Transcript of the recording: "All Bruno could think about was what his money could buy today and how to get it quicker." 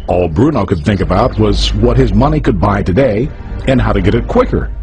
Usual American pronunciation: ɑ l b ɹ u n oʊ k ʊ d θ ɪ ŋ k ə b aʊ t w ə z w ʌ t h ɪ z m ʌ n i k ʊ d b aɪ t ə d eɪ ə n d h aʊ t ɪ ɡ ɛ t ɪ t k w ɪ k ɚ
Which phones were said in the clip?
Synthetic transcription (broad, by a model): ɑ l b ɹ u n oʊ k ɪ d θ ɪ ŋ k ə b aʊ t w ə z w ʌ t h ɪ z m ʌ n i k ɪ d b aɪ t ə d eɪ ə n h aʊ t ɪ ɡ ɛ t ɪ t k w ɪ k ɚ